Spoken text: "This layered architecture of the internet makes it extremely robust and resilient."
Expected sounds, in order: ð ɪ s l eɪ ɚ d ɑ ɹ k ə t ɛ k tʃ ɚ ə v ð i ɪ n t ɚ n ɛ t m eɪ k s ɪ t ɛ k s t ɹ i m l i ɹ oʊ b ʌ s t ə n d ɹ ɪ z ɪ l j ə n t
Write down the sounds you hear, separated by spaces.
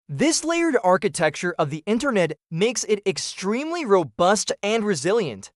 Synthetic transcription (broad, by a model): ð ɪ s l eɪ ɚ d ɑ ɹ k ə t ɛ k tʃ ɚ ə v ð i ɪ n t ɚ n ɛ t m eɪ k s ɪ t ɛ k s t ɹ i m l i ɹ oʊ b ʌ s t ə n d ɹ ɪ z ɪ l j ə n t